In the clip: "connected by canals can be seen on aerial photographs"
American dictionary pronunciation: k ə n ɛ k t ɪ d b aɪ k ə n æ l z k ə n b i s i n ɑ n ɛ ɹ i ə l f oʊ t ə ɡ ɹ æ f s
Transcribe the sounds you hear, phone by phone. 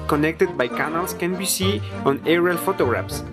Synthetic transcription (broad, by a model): k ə n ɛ k t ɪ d b aɪ k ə n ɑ l s k ə n b i s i ɑ n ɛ ɹ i l f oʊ t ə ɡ ɹ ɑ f s